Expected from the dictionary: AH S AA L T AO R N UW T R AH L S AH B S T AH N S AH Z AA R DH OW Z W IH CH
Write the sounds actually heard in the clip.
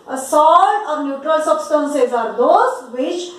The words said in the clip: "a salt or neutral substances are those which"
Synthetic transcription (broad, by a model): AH S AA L AO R N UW T R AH L S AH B S T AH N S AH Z AA R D OW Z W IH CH